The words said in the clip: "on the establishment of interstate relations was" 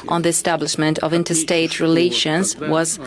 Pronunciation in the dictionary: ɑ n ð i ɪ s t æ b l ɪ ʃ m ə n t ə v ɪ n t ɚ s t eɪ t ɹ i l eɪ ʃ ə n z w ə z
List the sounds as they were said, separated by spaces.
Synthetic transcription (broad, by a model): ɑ n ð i ɪ s t æ b l ɪ ʃ m ə n t ə v ɪ n t ɚ s t eɪ t ɹ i l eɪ ʃ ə n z w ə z